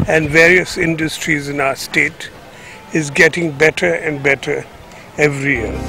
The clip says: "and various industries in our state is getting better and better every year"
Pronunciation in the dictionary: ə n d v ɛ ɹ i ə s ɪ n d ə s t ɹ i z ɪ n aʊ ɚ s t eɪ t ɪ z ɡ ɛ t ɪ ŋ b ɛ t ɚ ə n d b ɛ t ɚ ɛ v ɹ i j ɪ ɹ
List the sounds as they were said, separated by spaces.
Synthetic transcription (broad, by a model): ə n d v ɛ ɹ i ə s ɪ n d ə s t ɹ i z ɪ n aʊ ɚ s t eɪ t ɪ z ɡ ɛ t ɪ ŋ b ɛ t ɚ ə n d b ɛ t ɚ ɛ v ɹ i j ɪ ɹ